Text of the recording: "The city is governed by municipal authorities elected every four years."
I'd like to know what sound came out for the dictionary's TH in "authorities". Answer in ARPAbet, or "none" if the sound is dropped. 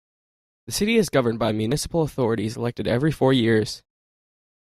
TH